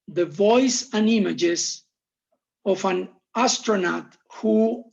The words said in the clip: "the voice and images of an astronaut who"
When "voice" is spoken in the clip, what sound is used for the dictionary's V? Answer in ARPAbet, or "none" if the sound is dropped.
V